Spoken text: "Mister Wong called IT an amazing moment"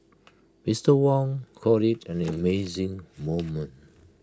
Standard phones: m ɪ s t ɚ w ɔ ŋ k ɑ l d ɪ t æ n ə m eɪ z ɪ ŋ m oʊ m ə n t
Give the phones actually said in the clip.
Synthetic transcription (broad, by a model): m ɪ s t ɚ w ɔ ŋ k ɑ d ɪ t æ n ə m eɪ z ɪ ŋ m oʊ m ə n t